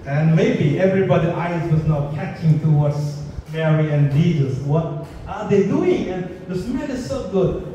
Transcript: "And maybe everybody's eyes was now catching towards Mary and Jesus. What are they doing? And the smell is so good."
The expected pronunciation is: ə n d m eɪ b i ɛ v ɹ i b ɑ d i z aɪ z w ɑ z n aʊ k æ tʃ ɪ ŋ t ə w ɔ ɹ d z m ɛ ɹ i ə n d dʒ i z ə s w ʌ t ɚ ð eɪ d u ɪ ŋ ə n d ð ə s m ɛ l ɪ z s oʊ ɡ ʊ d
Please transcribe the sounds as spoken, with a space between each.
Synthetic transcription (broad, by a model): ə n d m eɪ b i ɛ v ɹ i b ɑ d i aɪ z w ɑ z n aʊ k æ tʃ ɪ ŋ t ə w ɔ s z m ɛ ɹ i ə n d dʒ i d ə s w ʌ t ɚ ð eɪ d u ɪ ŋ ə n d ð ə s m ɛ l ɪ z s oʊ ɡ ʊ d